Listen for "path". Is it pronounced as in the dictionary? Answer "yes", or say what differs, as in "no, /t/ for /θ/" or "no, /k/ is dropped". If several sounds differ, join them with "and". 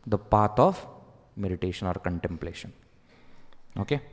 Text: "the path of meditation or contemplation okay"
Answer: no, /t/ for /θ/